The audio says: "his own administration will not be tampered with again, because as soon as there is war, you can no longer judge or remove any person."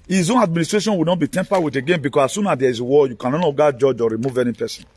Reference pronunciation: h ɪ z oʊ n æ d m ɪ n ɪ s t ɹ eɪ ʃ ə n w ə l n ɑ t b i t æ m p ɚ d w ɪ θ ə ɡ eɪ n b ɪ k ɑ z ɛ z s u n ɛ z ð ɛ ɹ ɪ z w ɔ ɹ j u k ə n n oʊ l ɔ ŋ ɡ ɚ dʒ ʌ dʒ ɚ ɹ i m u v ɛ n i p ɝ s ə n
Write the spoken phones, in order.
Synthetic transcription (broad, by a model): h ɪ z oʊ n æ d m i n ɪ s t ɹ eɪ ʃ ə n w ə n ɑ t b i t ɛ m p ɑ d w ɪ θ ə ɡ eɪ n b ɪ k ɑ s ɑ s u n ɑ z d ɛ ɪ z w ɔ j u k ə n n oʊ n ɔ ɡ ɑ dʒ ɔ dʒ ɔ ɹ i m u v ɛ n i p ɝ s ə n